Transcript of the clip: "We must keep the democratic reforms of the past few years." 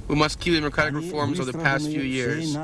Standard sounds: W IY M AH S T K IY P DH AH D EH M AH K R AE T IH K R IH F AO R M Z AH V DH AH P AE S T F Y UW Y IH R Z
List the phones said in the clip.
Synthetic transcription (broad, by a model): W IY M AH S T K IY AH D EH M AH K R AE T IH K R IH F AO R M Z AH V DH AH P AE S T F Y UW Y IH R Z